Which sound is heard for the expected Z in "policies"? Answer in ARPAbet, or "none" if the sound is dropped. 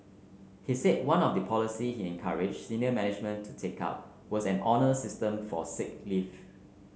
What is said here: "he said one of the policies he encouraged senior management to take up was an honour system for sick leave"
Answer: none